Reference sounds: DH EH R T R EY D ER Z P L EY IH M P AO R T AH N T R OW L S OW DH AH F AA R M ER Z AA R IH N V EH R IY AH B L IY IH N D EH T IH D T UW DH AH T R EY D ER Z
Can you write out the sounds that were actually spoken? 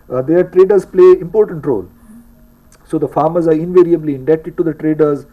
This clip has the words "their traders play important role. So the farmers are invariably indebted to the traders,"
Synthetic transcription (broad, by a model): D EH R T R EY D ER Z P L EY IH M P AO R T AH N T R OW L S OW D AH F AA R M ER Z AA R IH N V EH R IY AH B L IY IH N D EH T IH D T UW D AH T R EY D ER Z